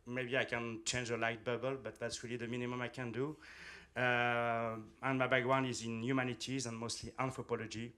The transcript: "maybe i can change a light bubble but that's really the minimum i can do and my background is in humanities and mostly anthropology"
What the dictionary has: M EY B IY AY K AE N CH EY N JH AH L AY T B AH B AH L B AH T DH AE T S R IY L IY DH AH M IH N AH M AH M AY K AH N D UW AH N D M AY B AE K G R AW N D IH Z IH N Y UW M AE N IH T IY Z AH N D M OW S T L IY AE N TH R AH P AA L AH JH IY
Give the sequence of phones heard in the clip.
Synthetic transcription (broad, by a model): M EY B IY AY K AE N CH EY N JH AH L AY T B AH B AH L B AH T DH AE T S R IY L IY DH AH M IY N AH M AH M AY K AH N D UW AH N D M AY B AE G W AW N IH Z IH N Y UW M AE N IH T IY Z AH N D M OW S T L IY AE N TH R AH P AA L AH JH IY